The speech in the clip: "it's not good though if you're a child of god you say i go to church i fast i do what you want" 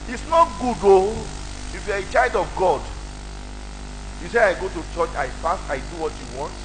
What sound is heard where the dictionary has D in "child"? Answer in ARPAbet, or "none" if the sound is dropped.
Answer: D